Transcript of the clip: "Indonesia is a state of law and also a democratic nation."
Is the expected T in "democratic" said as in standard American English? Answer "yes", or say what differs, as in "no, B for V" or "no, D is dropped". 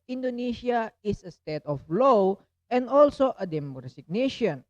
no, S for T